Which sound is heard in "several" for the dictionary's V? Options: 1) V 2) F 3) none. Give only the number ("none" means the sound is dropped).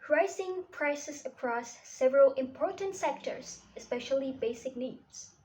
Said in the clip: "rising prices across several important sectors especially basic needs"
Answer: 1